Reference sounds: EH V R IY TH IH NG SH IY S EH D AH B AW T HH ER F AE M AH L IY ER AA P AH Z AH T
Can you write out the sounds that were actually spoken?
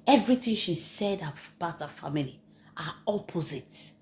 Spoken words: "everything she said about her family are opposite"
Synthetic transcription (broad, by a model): EH V R IY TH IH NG SH IY S EH D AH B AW T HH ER F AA M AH L IY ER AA P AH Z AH T